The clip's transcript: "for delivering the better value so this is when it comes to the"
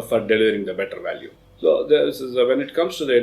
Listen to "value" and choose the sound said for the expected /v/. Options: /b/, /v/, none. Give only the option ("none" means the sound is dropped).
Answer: /v/